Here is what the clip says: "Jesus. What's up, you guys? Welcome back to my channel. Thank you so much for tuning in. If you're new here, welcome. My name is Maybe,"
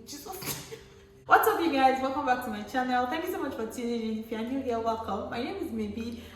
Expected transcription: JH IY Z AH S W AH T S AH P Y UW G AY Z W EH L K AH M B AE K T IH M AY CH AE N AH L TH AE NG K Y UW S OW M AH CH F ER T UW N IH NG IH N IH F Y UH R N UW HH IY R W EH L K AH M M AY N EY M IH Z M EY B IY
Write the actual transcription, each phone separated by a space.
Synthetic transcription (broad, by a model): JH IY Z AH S W AH T S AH F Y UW G AY Z W EH L K AH M B AE K T IH M AY CH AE N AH L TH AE NG K Y UW S OW M AH CH F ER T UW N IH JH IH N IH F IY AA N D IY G W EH L K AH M M AY N EY M IH Z M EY B IY